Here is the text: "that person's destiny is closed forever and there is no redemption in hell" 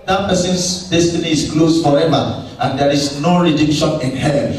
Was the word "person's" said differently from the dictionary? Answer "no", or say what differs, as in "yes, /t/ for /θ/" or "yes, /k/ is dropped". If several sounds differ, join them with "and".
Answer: yes, /s/ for /z/